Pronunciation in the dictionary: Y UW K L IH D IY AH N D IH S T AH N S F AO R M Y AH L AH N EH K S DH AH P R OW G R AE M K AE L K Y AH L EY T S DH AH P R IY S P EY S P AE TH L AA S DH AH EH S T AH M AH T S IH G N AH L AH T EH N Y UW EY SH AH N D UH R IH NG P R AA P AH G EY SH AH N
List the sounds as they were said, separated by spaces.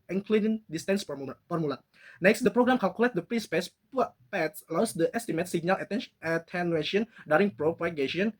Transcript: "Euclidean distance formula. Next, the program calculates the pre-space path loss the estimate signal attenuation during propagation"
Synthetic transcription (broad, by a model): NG K L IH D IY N D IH S T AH N S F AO R M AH L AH N EH K S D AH P R OW G R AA M K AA L K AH L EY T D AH P R IY S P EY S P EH S L AA S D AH EH S T AH M AH T S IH G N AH L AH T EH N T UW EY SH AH N D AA R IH NG P R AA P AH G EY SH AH N